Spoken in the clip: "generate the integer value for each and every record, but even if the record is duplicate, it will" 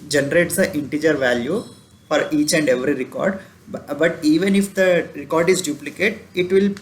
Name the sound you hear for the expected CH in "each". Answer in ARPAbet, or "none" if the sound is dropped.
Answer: CH